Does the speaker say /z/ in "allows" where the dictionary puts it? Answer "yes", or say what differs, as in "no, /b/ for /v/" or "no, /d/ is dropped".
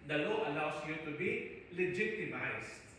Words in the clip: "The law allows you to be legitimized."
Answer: no, /s/ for /z/